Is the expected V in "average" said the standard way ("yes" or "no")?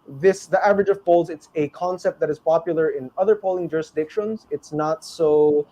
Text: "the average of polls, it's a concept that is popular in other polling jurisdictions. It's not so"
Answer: yes